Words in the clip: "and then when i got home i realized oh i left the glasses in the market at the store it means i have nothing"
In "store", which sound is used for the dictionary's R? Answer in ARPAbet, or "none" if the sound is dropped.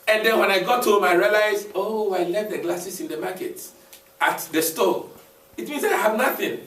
L